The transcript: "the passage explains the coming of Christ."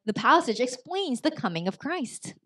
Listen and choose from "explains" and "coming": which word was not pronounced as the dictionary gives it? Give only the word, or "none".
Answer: none